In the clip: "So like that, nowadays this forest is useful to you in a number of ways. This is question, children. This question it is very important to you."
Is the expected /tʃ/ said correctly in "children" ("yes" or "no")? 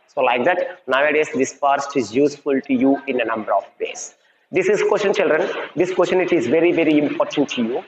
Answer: yes